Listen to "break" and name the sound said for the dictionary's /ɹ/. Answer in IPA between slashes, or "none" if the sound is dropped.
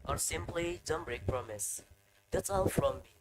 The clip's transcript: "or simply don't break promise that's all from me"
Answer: /ɹ/